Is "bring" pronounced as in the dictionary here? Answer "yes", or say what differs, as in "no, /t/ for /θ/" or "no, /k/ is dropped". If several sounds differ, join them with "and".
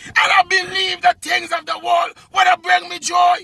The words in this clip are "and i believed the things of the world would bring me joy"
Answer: yes